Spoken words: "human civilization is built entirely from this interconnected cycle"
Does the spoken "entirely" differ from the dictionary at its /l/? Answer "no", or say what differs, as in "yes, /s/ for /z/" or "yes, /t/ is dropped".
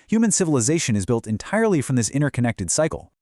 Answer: no